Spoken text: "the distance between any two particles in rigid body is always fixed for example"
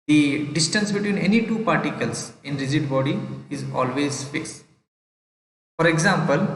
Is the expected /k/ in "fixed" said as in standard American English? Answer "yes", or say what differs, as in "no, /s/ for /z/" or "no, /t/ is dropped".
no, /k/ is dropped